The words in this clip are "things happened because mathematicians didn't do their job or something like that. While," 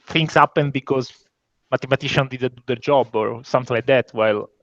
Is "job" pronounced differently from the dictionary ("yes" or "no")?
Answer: no